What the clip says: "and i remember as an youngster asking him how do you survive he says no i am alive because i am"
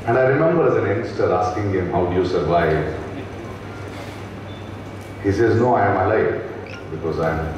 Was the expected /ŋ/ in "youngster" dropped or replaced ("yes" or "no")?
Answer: yes